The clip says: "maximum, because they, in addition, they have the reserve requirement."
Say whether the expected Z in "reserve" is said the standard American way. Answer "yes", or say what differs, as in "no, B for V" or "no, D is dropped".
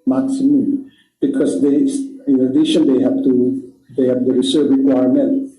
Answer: no, S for Z